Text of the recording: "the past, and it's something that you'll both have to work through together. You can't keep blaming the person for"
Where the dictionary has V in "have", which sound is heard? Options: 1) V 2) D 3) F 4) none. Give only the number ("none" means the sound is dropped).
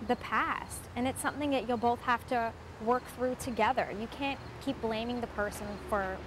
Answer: 3